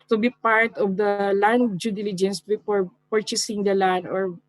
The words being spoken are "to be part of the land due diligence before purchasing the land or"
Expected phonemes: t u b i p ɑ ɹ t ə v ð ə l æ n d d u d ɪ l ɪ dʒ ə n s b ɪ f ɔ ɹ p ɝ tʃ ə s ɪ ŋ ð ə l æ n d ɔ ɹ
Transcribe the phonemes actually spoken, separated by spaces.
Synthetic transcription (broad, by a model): t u b i p ɑ ɹ t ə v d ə l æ n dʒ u d ɪ l ɪ dʒ ə n s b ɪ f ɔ ɹ p ɝ tʃ ə s ɪ ŋ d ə l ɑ n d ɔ ɹ